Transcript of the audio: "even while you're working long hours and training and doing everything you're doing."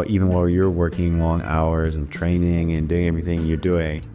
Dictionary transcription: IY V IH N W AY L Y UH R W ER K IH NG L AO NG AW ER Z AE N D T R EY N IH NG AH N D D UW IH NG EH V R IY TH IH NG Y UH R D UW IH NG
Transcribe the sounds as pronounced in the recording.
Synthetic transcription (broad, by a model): IY V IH N W AY L Y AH R W ER K IH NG L AO NG AW ER Z N T R EY N IH NG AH N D D UW IH NG EH V R IY TH IH NG Y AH R D UW IH NG